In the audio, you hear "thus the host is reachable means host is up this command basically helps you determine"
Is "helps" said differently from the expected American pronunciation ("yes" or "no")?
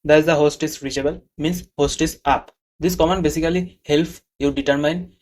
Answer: yes